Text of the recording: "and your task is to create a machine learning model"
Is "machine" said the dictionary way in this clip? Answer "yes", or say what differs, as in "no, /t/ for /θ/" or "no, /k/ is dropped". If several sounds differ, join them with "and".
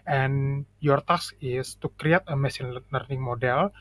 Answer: no, /s/ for /ʃ/